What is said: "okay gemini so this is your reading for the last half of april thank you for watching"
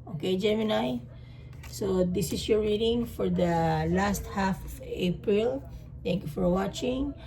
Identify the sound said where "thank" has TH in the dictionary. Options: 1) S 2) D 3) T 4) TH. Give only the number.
3